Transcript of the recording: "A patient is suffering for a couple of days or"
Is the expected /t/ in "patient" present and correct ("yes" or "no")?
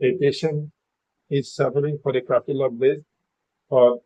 no